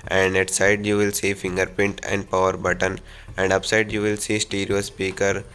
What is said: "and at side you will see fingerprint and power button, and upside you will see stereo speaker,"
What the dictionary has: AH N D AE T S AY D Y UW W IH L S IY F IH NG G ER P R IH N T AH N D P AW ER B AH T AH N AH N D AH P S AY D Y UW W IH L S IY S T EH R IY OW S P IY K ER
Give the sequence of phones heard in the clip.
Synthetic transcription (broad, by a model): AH N D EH T S AY D Y UW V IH L S IY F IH NG G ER P IH N T AH N D P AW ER B AH T AH N AH N D AH P S AY D Y UW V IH L S IY S T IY R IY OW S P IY K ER